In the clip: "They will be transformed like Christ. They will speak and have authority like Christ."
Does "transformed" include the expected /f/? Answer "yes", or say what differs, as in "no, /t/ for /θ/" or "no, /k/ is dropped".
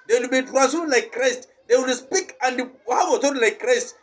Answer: no, /f/ is dropped